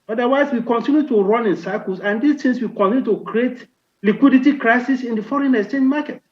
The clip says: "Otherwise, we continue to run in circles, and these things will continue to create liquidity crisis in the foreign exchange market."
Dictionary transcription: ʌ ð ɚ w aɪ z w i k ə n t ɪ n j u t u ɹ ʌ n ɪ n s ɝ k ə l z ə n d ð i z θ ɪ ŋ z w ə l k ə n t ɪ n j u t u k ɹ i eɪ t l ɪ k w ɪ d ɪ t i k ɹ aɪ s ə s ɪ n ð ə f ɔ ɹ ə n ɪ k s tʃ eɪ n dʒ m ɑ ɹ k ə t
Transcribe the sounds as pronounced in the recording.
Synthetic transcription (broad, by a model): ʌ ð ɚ w aɪ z w i k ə n t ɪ n j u t u ɹ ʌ n ɪ n s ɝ k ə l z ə n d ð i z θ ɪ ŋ s w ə k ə n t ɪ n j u t u k ɹ i eɪ t l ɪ k w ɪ d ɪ t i k ɹ aɪ s ə s ɪ n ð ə f ɔ ɹ ə n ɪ s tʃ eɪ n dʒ m ɑ k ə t